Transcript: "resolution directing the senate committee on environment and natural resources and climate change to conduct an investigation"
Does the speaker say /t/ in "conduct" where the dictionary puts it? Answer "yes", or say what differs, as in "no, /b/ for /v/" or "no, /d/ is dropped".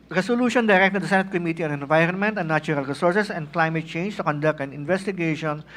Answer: yes